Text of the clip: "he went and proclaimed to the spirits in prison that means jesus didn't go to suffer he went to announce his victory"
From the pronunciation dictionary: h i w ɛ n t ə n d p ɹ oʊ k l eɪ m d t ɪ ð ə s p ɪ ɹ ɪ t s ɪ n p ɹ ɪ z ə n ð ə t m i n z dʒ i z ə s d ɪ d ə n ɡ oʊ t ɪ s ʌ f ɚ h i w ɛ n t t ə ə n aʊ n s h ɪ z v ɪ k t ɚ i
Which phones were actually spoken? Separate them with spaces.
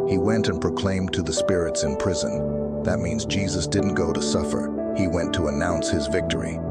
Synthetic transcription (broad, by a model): h i w ɛ n t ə n p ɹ oʊ k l eɪ m t ɪ ð ə s p ɪ ɹ ɪ t s ɪ n p ɹ ɪ z ə n ð ə t m i n z dʒ i z ə s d ɪ d n ɡ oʊ t ɪ s ʌ f ɚ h i w ɛ n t t ə ə n aʊ n s h ɪ z v ɪ k t ɚ i